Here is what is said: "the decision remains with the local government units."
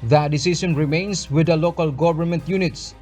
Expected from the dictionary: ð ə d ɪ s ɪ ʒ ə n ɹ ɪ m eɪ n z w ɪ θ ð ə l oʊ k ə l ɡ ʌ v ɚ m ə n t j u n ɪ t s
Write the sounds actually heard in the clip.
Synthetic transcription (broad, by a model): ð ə d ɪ s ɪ s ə n ɹ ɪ m eɪ n s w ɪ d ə l oʊ k ə l ɡ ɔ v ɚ m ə n t j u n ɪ t s